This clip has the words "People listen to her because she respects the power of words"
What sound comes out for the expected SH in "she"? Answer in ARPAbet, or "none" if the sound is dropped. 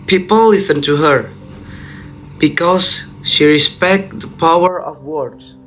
SH